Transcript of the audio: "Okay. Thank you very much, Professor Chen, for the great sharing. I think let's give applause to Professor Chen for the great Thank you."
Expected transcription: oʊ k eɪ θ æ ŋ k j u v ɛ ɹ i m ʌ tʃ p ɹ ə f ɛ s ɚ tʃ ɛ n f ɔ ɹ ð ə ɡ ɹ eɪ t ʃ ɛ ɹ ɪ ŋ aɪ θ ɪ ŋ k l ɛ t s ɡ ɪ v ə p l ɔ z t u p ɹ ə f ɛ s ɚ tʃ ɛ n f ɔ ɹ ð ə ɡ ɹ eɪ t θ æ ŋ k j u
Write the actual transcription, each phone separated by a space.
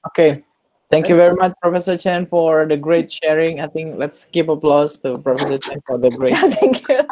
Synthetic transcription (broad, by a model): oʊ k eɪ t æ ŋ k j u v ɛ ɹ i m ʌ tʃ p ɹ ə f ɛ s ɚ tʃ ɛ n f ɔ ɹ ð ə ɡ ɹ eɪ t ʃ ɛ ɹ ɪ ŋ aɪ t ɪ ŋ k l ɛ t s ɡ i p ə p l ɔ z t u p ɹ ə f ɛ s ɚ tʃ ɛ n f ɔ ɹ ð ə ɡ ɹ eɪ t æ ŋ k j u